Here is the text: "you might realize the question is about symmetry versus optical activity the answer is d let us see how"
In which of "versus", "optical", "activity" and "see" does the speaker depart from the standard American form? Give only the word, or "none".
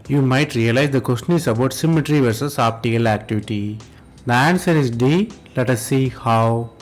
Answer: optical